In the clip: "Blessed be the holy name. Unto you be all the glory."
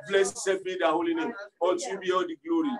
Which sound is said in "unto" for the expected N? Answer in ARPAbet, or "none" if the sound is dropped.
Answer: none